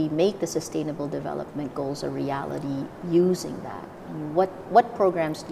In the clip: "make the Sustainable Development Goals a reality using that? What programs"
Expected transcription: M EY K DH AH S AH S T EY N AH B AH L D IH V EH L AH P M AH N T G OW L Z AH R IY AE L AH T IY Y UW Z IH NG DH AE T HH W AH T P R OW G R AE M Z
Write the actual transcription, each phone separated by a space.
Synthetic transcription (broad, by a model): M EY K DH AH S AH S T EY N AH B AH L D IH V EH L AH P M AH N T G OW L Z AH R IY AE L AH T IY Y UW Z IH NG DH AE T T W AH T P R OW G R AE M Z